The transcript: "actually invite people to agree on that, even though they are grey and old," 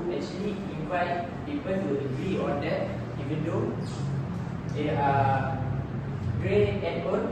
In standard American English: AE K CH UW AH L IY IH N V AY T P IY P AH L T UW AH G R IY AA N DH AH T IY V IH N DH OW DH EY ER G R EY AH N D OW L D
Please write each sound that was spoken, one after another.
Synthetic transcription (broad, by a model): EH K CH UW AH L IY IH N V AY T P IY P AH N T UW AH G R IY AA N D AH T IY V IH N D OW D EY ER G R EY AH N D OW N